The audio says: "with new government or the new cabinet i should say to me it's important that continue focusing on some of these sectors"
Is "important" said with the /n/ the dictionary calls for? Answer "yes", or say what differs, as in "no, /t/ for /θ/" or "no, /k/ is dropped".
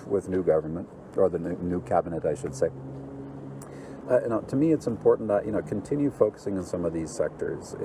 no, /n/ is dropped